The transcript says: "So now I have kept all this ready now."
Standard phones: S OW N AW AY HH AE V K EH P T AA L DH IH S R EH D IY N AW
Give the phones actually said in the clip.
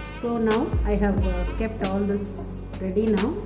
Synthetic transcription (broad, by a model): S OW N AW AY HH AE V K EH P T AA L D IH S R EH D IY N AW